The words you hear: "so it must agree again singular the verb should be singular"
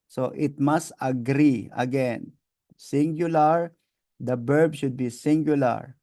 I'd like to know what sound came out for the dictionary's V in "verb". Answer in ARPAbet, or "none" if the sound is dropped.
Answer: B